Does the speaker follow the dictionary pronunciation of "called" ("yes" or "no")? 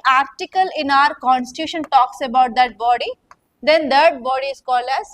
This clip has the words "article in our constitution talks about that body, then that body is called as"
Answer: no